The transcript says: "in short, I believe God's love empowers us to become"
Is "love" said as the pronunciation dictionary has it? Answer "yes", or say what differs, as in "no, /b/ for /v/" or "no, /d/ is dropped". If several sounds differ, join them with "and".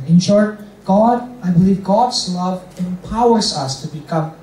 yes